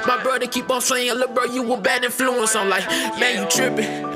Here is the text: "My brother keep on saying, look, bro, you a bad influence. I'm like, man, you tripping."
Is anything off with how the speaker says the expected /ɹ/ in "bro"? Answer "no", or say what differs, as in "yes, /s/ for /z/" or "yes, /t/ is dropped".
yes, /ɹ/ is dropped